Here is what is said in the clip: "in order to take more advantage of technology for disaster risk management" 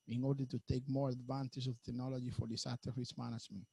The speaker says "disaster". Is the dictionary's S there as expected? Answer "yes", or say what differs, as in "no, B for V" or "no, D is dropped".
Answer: no, S is dropped